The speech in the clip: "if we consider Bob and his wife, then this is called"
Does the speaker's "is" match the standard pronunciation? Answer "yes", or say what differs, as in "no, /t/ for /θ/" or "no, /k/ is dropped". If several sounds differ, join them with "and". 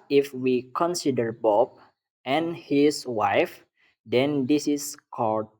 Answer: no, /s/ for /z/